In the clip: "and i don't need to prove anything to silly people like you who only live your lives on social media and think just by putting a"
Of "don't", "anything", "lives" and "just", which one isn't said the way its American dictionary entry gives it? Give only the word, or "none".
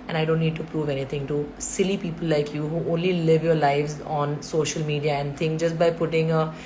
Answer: anything